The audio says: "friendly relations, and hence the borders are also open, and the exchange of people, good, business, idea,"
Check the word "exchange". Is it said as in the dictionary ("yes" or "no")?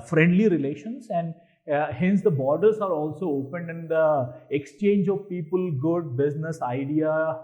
yes